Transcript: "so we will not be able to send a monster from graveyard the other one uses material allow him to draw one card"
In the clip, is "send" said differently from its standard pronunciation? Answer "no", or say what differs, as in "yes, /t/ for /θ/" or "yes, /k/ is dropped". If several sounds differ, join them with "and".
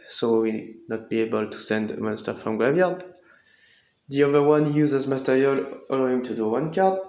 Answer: no